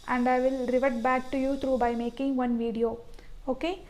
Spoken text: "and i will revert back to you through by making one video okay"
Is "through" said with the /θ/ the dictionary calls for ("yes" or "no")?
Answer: no